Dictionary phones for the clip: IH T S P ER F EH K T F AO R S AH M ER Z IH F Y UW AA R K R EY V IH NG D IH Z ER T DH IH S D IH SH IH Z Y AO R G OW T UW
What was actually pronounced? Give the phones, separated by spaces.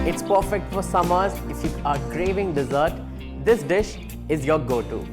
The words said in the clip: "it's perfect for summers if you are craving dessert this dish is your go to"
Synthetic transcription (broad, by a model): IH T S P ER F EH K T F AO R S AH M ER Z IH F Y UW AA R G R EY V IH NG D IH Z ER T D IH S D IH SH IH Z Y AO R G OW T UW